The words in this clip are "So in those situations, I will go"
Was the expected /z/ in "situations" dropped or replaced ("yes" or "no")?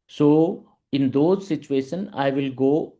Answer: yes